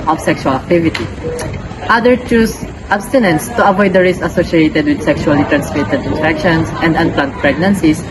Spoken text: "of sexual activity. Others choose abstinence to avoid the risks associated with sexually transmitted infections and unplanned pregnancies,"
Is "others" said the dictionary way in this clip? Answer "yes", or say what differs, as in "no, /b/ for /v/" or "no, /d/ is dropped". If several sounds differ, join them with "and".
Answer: no, /z/ is dropped